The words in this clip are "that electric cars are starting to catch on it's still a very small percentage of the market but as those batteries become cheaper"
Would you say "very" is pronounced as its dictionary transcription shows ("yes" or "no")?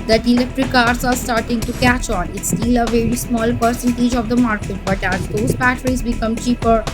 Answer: yes